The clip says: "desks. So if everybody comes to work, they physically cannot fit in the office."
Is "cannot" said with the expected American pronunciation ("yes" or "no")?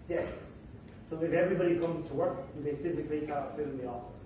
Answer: no